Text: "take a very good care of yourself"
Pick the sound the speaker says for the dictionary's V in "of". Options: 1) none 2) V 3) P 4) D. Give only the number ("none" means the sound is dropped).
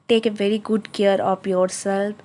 3